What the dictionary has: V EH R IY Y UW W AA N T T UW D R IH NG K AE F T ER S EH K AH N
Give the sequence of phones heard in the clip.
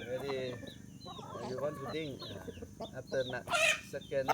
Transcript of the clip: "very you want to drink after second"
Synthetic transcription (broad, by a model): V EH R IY Y UW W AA N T T UW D IH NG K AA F T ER S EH K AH N